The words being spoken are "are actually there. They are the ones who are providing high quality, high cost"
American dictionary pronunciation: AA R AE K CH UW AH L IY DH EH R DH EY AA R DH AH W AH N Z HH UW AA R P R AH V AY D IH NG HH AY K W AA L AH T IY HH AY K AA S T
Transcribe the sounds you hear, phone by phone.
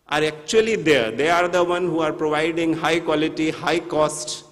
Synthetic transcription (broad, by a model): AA R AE K CH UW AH L IY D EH R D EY AA R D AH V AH N HH UW AA R P R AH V AY D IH NG HH AY K W AA L AH T IY HH AY K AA S T